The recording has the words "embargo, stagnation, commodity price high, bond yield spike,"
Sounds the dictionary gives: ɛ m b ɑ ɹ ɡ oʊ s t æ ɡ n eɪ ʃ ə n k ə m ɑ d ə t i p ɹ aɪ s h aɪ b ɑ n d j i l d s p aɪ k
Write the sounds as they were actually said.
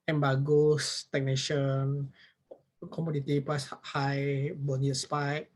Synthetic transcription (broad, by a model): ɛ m b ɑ ɡ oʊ s t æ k n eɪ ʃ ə n k ə m ɑ d ə t i p l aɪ s h aɪ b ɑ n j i s p aɪ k